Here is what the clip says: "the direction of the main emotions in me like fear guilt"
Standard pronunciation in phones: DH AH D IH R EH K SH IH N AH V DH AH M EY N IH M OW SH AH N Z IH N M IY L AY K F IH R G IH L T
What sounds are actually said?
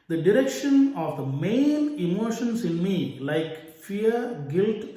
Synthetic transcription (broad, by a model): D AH D IH R EH K SH IH N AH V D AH M EY N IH M OW SH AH N S IH N M IY L AY K F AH R G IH L T